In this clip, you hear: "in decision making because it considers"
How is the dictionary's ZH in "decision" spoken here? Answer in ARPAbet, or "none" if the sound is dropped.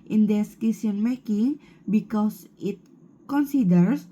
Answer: S